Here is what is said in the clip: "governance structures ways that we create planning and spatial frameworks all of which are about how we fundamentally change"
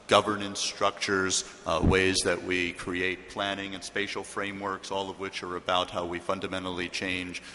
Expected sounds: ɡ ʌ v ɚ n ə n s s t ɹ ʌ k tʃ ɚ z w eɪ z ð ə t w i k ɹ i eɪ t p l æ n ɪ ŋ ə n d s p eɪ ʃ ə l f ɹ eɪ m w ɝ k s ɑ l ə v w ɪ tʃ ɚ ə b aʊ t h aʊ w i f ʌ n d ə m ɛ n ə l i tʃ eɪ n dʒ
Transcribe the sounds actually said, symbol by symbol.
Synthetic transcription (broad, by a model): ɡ ʌ v ɚ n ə n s s t ɹ ʌ k tʃ ɚ z w eɪ z ð ə t w i k ɹ i eɪ t p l æ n ɪ ŋ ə n s p eɪ ʃ l f ɹ eɪ m w ɝ k s ɑ l ə v w ɪ tʃ ɚ ə b aʊ t h aʊ w i f ʌ n d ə m ɛ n l i tʃ eɪ n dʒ